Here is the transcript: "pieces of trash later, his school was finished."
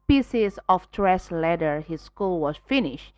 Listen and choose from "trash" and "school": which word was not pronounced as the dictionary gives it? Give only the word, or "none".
trash